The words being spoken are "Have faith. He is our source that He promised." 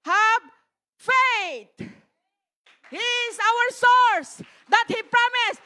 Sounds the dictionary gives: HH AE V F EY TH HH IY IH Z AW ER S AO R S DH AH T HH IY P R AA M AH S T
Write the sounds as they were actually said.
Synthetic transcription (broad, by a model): HH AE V F EY T HH IY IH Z AW ER S AO R S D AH T HH IY P R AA M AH S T